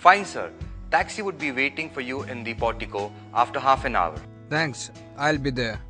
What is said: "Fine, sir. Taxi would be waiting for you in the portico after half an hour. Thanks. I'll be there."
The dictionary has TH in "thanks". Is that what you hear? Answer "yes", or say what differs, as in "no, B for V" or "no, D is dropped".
no, T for TH